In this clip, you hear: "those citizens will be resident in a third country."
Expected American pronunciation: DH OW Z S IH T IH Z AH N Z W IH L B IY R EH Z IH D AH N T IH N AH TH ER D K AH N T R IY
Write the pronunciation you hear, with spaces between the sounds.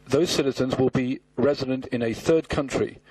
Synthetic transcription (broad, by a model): DH OW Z S IH T IH Z AH N Z W IH L B IY R EH Z IH D AH N T IH N AH TH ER D K AH N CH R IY